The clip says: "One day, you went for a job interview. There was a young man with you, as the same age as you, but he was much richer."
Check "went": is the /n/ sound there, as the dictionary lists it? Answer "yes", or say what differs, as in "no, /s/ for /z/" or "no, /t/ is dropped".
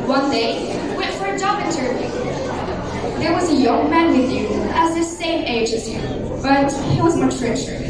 no, /n/ is dropped